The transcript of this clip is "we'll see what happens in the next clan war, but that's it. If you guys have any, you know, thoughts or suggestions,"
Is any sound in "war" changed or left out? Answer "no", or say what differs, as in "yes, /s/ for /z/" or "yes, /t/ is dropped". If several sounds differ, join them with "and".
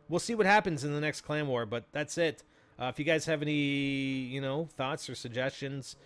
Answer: no